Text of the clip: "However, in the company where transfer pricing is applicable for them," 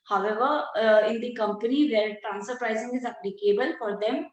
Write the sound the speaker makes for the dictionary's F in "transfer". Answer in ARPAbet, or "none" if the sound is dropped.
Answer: none